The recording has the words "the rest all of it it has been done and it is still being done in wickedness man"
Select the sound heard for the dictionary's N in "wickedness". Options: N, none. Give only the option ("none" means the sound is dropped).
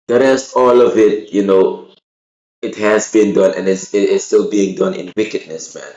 N